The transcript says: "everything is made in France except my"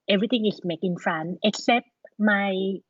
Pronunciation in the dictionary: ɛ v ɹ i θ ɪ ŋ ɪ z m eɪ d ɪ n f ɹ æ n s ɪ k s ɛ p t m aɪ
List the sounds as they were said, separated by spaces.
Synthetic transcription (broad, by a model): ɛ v ɹ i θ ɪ ŋ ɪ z m eɪ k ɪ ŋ f ɹ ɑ n ɪ k s ɛ p t m aɪ